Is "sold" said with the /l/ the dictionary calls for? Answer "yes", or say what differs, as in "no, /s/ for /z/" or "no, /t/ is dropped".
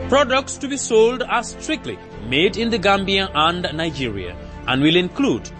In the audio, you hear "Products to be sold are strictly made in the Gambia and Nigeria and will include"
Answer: yes